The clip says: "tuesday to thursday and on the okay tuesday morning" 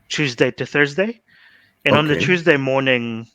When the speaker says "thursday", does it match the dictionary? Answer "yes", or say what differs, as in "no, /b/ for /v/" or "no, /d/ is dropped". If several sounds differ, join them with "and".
yes